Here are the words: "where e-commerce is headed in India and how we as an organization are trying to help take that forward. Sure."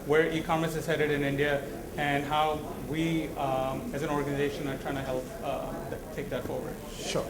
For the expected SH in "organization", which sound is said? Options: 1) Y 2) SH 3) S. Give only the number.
2